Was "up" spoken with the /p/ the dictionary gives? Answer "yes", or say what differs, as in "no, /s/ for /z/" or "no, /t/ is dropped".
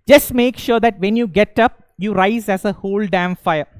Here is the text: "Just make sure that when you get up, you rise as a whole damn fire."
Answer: yes